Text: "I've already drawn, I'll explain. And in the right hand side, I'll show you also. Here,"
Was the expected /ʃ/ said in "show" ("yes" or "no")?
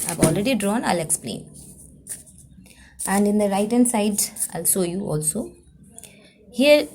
no